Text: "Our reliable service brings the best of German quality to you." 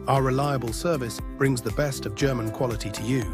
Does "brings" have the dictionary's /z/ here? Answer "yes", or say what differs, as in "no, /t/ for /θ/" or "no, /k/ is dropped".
yes